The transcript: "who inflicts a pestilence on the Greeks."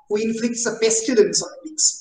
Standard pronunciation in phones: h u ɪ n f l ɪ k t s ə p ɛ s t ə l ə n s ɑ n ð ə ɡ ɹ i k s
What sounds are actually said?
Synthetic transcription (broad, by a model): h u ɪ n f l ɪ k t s ə b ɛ s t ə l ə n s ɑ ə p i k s